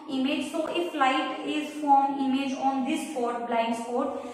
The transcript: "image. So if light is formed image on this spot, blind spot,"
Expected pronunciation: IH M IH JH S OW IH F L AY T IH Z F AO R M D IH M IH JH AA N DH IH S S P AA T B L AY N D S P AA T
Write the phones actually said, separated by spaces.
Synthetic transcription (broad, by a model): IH M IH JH S OW IH F L AY T IH Z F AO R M IH M IH JH AA N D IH S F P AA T B L AY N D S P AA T